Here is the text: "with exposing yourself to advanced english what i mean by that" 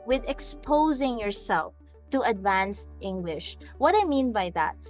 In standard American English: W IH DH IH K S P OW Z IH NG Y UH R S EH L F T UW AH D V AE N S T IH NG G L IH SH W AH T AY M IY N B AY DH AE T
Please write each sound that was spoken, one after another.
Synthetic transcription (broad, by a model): W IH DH IH K S P OW Z IH NG Y UH R S EH L F T UW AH D V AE N S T IH NG G L IH SH W AH T AY M IY N B AY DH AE T